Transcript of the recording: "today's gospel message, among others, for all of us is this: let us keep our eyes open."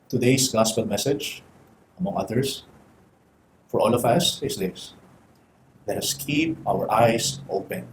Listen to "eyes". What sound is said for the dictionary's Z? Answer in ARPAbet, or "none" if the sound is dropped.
S